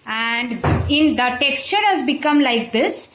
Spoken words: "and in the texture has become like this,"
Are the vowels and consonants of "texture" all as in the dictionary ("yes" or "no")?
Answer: yes